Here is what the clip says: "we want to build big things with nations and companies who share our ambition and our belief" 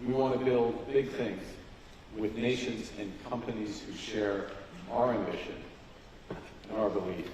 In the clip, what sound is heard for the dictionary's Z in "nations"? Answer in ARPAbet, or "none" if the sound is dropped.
Z